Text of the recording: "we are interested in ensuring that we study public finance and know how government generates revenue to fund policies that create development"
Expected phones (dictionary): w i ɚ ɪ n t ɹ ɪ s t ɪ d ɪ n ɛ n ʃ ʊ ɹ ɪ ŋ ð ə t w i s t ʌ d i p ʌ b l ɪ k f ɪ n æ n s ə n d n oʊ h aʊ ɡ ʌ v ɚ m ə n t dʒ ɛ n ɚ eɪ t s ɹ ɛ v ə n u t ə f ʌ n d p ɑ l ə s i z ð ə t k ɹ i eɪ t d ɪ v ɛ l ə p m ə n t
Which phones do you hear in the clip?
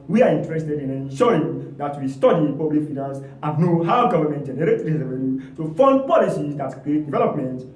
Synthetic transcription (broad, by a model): w i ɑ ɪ n t ɹ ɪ s t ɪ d ɪ n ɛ n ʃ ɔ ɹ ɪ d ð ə t w i s t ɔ d i p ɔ b l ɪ k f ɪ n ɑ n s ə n n oʊ h aʊ ɡ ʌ v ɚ m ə n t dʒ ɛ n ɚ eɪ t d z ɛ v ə l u t ə f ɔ n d p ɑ l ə s i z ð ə t k ɹ i eɪ t d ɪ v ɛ l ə p m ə n t